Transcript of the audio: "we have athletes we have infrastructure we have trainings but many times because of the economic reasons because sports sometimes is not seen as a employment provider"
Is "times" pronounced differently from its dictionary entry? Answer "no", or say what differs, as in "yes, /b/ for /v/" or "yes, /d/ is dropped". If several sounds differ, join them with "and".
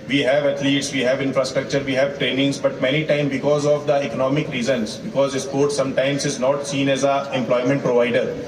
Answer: yes, /z/ is dropped